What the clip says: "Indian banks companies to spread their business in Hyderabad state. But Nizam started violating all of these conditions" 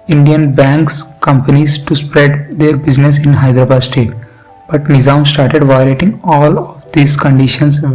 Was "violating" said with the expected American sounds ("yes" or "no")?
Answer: no